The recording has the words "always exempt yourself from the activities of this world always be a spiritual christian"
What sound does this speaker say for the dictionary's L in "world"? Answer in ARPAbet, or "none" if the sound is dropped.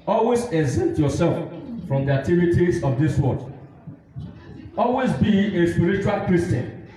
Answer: none